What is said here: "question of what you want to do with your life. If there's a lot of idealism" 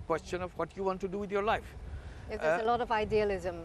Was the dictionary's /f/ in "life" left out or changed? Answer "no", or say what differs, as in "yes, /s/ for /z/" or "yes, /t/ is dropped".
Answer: yes, /f/ is dropped